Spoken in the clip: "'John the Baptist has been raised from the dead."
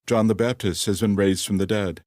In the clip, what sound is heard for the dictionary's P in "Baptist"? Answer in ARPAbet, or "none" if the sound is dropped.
P